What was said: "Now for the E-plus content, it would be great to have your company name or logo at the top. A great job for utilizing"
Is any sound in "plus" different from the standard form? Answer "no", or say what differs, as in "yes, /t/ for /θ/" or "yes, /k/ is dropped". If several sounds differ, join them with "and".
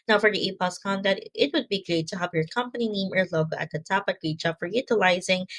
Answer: yes, /l/ is dropped